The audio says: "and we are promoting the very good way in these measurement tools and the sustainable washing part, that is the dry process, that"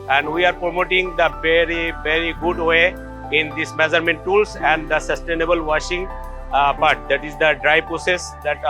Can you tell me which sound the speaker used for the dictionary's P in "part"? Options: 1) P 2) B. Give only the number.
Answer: 2